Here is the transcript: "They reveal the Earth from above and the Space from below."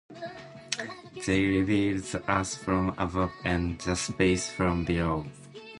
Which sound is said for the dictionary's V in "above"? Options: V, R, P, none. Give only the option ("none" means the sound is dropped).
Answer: P